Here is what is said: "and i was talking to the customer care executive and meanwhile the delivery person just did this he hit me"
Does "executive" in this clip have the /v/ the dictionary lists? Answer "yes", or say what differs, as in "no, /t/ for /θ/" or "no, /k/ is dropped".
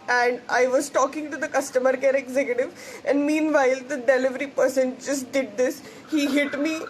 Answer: yes